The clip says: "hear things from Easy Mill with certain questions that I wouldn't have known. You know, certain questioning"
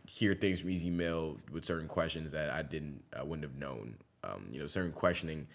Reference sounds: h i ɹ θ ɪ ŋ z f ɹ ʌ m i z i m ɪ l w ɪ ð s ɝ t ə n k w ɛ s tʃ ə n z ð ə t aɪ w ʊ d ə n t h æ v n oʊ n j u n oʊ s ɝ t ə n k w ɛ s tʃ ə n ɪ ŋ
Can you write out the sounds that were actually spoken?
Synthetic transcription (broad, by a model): h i ɹ θ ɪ ŋ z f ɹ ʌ m i z i m ɪ l w ɪ ð s ɝ t n k w ɛ s tʃ ə n z ð ə t aɪ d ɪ d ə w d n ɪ v n oʊ n j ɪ n oʊ s ɝ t n k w ɛ s tʃ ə n ɪ ŋ